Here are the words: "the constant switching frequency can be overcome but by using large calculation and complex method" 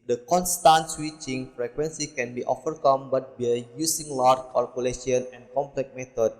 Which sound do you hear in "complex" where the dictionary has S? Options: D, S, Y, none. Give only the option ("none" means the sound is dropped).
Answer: none